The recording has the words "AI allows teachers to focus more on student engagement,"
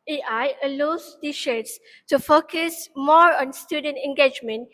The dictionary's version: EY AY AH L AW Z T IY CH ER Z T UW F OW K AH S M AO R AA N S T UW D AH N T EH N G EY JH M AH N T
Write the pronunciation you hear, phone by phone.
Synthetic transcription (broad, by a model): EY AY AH L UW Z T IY SH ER S T UW F OW K AH S M AO R AA N S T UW D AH N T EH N G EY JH M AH N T